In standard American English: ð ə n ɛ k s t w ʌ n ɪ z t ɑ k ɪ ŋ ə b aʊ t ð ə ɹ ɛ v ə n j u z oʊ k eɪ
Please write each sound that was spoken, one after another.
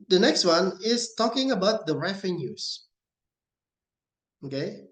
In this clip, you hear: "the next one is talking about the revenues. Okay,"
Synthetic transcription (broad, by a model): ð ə n ɛ k s t w ʌ n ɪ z t ɑ k ɪ ŋ ə b aʊ t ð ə ɹ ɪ f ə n j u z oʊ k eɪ